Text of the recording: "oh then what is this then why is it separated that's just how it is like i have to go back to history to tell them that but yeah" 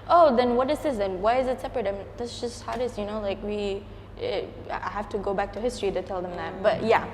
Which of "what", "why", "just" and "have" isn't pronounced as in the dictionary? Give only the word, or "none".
have